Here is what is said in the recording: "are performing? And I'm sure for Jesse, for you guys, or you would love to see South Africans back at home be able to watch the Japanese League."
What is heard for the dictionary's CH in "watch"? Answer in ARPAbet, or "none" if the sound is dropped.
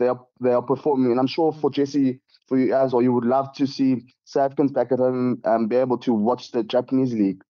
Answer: CH